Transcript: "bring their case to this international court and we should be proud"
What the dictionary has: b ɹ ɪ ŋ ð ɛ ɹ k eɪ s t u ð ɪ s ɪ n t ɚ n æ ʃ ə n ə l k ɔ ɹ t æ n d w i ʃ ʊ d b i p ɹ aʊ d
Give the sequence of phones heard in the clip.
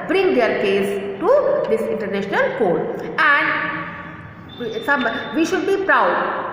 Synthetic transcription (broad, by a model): b ɹ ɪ ŋ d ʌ ɹ k eɪ s t u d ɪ s ɪ n t ɚ n æ ʃ ə n ə l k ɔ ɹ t æ n d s i ʃ ʊ d b i p ɹ aʊ d